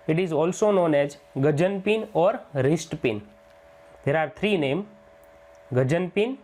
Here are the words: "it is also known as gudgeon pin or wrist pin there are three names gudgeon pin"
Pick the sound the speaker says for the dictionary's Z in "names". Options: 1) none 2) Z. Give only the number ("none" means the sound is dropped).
1